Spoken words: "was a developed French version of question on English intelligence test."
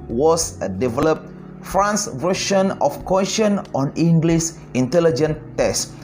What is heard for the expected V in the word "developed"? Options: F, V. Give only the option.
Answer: V